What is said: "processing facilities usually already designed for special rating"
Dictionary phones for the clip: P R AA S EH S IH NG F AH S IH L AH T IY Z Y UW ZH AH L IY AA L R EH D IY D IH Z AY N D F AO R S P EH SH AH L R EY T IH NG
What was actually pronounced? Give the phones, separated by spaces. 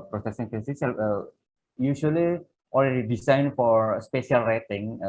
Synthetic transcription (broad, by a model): P R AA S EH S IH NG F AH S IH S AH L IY Y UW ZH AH L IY AA L R EH D IY D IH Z AY N F AO R S P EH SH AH L R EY T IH NG